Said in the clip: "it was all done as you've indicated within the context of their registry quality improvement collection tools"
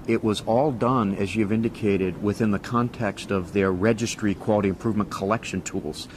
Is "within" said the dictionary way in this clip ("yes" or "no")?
yes